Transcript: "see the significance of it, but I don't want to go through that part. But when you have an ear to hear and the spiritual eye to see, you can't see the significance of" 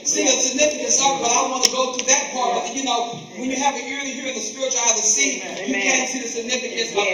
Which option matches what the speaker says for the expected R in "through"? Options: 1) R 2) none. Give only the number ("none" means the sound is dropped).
2